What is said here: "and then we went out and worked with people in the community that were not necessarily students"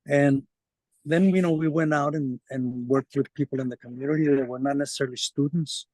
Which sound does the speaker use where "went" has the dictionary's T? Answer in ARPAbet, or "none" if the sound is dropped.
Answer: T